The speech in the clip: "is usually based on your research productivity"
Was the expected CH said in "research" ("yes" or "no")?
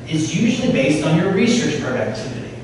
yes